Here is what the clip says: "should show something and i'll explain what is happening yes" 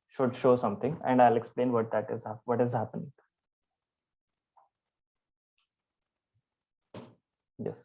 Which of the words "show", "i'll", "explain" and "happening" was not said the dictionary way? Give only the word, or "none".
none